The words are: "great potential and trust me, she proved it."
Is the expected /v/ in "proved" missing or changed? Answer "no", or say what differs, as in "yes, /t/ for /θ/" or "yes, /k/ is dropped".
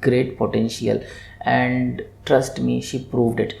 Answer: no